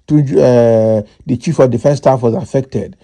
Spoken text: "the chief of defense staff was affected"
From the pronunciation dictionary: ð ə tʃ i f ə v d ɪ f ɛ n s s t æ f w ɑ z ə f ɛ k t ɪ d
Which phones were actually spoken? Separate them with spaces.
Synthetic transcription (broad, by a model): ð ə tʃ i f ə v d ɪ f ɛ n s s t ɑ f w ɑ z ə f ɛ k t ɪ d